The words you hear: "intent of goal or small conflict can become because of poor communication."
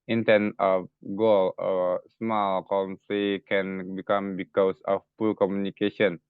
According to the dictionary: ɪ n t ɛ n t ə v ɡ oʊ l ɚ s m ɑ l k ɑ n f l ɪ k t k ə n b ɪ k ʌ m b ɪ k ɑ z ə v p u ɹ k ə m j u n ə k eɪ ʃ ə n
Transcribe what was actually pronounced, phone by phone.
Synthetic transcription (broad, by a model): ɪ n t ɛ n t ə f ɡ oʊ l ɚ s m ɑ l k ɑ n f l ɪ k k ə n b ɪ k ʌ m b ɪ k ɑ s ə f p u l k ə m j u n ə k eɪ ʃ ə n